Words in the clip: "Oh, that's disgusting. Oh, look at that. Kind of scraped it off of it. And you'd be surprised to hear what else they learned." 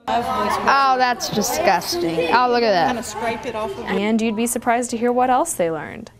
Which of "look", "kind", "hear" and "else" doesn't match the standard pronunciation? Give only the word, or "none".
kind